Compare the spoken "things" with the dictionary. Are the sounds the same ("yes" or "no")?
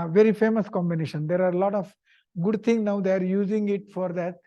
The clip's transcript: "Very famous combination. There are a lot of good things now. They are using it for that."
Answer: no